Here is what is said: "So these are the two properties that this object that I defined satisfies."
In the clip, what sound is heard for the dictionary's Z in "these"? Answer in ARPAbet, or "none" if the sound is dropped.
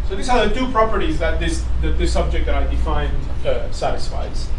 S